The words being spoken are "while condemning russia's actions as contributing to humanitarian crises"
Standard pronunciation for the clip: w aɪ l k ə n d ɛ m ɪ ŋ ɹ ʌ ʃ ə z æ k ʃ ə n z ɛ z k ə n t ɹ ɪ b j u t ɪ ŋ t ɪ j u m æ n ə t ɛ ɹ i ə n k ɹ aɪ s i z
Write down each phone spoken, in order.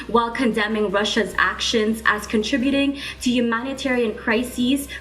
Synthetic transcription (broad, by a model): w aɪ l k ə n d ɛ m ɪ ŋ ɹ ʌ ʃ ə z æ k ʃ ə n z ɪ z k ə n t ɹ ɪ b j u t ɪ ŋ t ɪ j u m æ n ə t ɛ ɹ i ə n k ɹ aɪ s i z